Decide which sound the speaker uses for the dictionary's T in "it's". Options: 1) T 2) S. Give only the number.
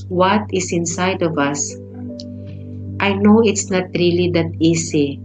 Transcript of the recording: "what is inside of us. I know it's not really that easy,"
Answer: 1